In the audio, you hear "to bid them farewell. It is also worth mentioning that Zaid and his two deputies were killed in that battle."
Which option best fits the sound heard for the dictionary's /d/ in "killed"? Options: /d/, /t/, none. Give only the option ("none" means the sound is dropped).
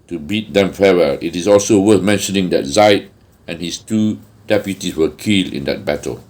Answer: none